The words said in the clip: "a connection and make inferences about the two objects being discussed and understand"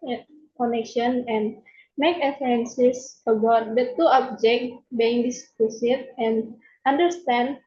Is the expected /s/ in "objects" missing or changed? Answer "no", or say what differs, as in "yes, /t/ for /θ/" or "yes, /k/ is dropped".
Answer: yes, /s/ is dropped